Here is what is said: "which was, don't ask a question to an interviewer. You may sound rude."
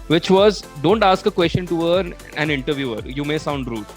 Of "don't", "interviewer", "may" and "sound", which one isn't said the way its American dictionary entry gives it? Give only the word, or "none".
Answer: none